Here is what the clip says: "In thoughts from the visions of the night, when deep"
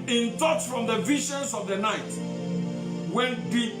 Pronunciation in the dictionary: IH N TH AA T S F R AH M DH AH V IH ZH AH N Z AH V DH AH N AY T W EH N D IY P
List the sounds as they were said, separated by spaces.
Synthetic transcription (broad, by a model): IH N T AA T F R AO M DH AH V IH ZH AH N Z AH V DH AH N AY T W EH N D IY